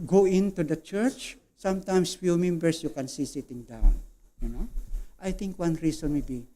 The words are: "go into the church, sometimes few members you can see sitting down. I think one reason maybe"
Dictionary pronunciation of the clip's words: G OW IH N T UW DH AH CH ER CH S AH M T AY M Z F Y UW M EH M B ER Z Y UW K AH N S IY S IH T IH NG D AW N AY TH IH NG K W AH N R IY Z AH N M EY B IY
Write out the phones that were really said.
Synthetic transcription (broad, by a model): G OW IH N T UW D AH CH ER CH S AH M T AY M S F Y UW M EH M B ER S Y UW K AH N S IY S IH T IH NG D AW N AY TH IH NG K W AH N R IY S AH N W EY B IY